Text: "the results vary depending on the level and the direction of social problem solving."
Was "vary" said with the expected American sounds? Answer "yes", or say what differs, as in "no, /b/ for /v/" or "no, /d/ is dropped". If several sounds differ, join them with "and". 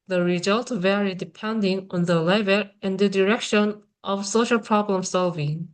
yes